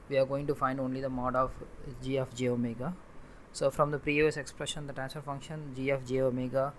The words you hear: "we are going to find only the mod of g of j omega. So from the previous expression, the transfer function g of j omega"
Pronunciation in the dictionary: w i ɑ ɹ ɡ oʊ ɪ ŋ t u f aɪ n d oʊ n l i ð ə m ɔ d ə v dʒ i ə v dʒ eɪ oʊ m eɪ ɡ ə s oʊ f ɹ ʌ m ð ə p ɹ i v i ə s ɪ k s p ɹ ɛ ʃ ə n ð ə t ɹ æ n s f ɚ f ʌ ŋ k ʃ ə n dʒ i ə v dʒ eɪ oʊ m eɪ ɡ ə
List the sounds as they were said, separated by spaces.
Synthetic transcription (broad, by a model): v i ɑ ɹ ɡ oʊ ɪ ŋ t u f aɪ n d oʊ n l i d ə m ɔ d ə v dʒ i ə f dʒ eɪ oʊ m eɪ ɡ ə s oʊ f ɹ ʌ m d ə p ɹ i i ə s ɪ k s p ɹ ɛ ʃ ə n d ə t ɹ æ n s f ɚ f ʌ ŋ k ʃ ə n dʒ i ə f dʒ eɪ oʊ m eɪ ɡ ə